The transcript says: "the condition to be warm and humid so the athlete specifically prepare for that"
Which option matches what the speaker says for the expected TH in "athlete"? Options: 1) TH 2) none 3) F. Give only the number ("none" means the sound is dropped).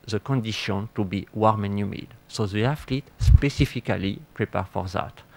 3